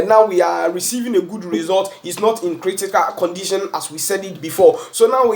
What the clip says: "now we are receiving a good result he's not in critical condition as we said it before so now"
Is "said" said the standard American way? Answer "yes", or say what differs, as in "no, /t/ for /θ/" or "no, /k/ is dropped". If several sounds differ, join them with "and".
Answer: yes